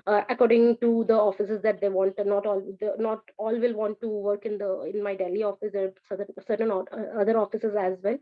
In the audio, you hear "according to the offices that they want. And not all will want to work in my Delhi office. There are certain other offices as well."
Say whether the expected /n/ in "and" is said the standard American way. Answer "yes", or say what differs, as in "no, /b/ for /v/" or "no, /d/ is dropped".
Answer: no, /l/ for /n/